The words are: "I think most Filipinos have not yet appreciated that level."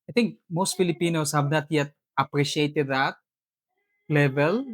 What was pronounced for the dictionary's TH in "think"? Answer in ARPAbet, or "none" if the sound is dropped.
T